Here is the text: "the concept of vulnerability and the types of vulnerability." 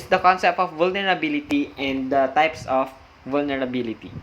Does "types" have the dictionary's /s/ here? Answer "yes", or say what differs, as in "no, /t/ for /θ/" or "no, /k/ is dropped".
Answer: yes